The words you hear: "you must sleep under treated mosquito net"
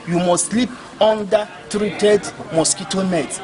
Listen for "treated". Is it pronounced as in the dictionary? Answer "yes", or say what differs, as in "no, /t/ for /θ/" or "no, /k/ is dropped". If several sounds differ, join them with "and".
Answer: yes